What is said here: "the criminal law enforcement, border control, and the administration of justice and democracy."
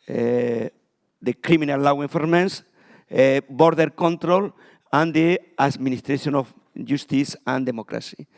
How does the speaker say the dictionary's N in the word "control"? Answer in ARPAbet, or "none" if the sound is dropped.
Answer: N